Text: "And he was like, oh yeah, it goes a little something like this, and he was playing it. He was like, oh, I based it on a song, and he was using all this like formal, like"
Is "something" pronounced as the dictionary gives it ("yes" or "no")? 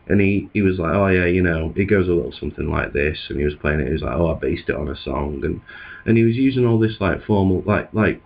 yes